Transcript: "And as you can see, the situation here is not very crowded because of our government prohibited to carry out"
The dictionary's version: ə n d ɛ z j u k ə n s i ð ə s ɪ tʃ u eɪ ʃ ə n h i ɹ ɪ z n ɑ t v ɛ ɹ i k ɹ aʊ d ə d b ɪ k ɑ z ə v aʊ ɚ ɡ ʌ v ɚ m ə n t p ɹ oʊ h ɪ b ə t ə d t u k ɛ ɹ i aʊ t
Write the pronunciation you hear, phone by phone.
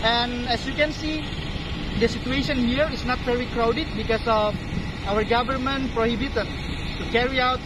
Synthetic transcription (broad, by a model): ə n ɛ s j u k ə n s i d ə s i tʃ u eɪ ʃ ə n h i ɹ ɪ s n ɑ t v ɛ ɹ i k ɹ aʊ d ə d b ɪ k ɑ s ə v aʊ ɚ ɡ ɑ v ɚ m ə n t p ɹ oʊ h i b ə t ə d t u k ɛ ɹ i aʊ t